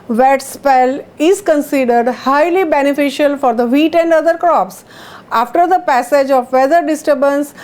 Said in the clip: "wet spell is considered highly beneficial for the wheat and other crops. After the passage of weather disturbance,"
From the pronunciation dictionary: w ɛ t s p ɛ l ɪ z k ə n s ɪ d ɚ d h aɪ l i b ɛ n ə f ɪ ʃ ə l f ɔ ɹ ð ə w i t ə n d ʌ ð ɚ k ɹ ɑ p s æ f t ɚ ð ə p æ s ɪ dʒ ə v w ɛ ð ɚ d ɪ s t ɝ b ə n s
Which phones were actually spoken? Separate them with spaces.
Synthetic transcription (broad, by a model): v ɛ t s p ɛ l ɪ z k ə n s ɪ d ɚ d h aɪ l i b ɛ n ə f ɪ ʃ ə l f ɔ ɹ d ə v i t ə n d ʌ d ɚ k ɹ ɑ p s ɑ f t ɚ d ə p æ s ɪ dʒ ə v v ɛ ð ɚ d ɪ s t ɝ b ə n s